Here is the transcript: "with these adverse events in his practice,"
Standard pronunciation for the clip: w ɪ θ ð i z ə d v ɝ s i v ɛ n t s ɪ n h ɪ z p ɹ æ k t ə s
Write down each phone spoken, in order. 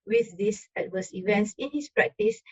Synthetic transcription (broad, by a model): w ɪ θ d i s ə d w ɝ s i v ɛ n t s ɪ n h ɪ s p ɹ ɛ k t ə s